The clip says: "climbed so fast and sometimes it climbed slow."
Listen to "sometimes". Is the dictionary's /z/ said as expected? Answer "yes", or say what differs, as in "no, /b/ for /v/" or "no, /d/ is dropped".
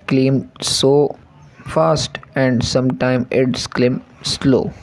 no, /z/ is dropped